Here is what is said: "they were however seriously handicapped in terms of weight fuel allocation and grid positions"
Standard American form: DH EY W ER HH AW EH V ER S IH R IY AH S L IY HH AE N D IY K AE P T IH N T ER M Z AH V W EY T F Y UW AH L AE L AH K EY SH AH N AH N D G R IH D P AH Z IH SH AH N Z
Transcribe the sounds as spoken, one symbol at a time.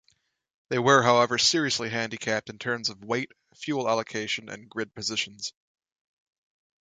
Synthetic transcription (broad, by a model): DH EY W ER HH AW EH V ER S IH R IY AH S L IY HH AE N D IY K AE P T IH N T ER M Z AH V W EY T F Y UW L AE L AH K EY SH AH N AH N G R IH D P AH Z IH SH AH N Z